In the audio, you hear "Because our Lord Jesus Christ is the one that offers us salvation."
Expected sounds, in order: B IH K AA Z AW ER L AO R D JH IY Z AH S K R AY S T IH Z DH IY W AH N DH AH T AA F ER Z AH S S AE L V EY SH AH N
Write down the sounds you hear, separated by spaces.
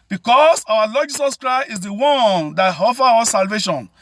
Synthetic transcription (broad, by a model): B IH K AA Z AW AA L AO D JH IY S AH S K R AY S T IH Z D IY W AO N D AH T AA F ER AO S S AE L V EY SH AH N